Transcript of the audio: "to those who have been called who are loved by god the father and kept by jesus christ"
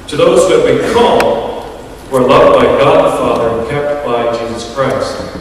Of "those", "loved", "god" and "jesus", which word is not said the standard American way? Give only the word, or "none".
none